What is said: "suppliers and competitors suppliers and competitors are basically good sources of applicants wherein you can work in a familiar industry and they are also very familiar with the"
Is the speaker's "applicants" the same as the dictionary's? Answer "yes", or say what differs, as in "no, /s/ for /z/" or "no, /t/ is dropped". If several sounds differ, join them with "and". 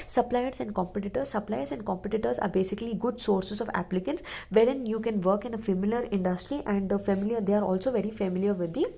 yes